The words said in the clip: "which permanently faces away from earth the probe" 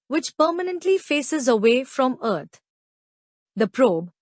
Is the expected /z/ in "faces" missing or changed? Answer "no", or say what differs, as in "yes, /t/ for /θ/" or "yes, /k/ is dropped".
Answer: no